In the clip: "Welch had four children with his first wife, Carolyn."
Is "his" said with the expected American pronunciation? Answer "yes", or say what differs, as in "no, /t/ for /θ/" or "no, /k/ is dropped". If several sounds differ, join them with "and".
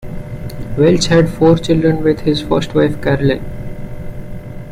yes